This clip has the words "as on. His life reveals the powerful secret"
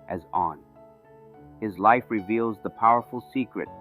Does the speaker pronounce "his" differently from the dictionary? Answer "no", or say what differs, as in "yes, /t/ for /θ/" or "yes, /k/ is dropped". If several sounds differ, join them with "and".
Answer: no